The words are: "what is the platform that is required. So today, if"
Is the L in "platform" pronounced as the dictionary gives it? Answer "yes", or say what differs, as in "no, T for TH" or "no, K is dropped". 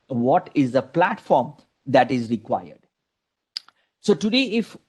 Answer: yes